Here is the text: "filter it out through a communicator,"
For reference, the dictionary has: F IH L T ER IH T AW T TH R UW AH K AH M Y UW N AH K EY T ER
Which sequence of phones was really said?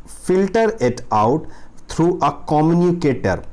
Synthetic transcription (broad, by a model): F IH L T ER IH T AW T T R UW AH K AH M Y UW N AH K EY T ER